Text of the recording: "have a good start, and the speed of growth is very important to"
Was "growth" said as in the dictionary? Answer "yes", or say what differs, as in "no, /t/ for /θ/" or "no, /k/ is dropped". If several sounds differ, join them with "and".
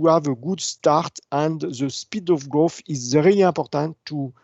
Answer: no, /f/ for /θ/